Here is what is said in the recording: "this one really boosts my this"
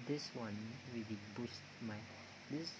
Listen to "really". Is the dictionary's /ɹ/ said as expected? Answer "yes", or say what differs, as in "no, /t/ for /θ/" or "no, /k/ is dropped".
no, /w/ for /ɹ/